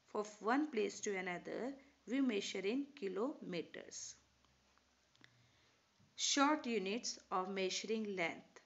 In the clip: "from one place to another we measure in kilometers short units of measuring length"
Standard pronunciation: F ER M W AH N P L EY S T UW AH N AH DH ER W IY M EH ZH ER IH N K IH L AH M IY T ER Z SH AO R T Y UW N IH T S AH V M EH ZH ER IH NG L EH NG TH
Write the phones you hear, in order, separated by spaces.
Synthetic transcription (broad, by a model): F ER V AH N P L EY S T UW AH N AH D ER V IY M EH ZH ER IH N K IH L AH M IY T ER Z SH AO R T Y UW N IH T S AH V M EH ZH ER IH NG L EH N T